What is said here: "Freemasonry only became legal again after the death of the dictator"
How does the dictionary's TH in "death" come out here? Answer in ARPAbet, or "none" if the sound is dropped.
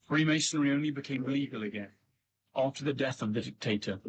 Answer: TH